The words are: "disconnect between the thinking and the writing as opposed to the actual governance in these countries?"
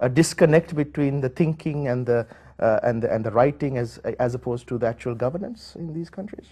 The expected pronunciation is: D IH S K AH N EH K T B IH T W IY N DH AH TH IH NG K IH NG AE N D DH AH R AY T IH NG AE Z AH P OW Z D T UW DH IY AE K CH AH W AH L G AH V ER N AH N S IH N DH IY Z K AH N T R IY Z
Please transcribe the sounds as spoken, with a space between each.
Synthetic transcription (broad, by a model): D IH S K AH N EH K T B IH T W IY N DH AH T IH NG K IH NG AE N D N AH R AY T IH NG AE Z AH P OW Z T UW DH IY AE K CH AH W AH L G AH V ER N AH N S IH N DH IY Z K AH N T R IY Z